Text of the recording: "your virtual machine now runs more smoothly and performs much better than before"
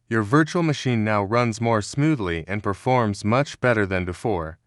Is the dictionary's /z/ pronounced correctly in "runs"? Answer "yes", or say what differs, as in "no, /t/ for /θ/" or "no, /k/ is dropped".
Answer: yes